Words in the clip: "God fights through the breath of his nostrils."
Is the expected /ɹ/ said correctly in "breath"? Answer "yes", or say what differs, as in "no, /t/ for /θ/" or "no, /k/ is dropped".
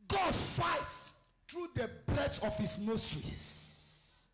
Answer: no, /l/ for /ɹ/